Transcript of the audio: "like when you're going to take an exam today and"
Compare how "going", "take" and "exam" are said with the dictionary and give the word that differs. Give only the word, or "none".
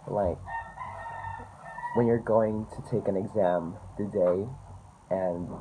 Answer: none